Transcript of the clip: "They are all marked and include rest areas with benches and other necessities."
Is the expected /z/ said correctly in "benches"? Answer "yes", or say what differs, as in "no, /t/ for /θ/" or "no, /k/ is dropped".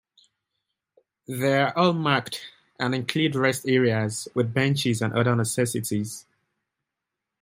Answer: yes